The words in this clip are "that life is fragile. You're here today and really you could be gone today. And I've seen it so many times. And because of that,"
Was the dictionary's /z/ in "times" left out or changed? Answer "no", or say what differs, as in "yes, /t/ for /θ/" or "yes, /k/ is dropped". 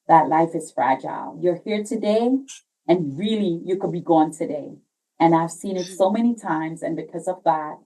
no